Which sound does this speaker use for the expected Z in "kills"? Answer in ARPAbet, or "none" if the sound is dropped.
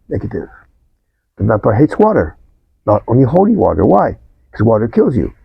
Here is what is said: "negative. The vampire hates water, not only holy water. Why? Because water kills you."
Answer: Z